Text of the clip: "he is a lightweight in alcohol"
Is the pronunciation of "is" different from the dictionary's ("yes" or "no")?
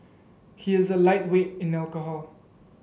no